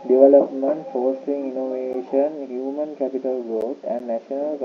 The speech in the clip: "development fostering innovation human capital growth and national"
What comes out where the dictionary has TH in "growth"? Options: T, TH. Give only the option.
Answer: T